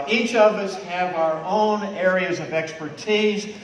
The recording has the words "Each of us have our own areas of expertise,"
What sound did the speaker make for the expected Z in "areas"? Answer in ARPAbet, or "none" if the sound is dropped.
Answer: Z